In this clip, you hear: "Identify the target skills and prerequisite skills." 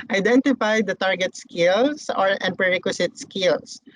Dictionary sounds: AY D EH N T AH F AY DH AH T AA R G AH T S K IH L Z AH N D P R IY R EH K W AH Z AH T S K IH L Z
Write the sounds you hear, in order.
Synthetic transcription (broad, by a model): AY D EH N T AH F AY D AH T AA R G AH T S K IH L S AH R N P R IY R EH K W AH S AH T S K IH L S